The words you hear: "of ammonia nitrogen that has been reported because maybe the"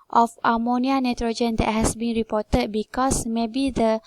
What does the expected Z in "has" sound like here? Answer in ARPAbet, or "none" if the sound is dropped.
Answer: S